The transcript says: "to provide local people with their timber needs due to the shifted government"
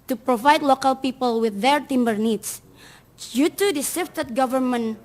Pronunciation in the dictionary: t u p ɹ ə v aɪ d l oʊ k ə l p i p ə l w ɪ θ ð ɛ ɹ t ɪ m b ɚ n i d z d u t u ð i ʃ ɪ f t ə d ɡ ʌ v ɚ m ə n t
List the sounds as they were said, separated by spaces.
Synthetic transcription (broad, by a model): t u p ɹ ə v aɪ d l oʊ k ə l p i p ə l w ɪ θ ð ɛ ɹ t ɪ m b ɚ n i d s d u t u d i s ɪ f t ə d ɡ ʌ v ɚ m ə n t